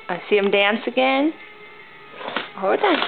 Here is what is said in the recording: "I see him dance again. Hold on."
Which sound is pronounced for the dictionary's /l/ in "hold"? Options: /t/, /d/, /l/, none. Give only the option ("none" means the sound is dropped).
none